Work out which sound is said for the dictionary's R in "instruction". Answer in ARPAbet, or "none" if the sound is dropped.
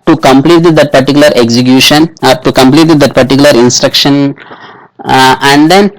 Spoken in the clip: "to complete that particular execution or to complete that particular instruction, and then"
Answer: R